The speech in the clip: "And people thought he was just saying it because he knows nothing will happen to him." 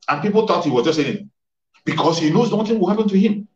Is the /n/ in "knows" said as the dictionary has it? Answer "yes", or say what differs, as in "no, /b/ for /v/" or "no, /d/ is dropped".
yes